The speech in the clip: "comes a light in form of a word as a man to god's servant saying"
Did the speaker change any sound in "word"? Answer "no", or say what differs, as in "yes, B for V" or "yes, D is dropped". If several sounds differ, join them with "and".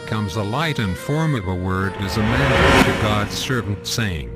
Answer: no